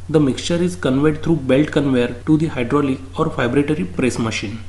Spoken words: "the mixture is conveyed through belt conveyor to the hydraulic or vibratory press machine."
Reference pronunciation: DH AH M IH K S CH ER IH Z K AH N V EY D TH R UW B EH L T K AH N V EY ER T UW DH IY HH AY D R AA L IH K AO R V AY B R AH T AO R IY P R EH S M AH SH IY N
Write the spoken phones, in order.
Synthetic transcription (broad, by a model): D AH M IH K S CH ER IH Z K AH N V EY D T R UW B EH L T K AH N V EY ER T UW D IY HH AY D R AA L IH K AO R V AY B R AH T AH R IY P R EH S M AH SH IY N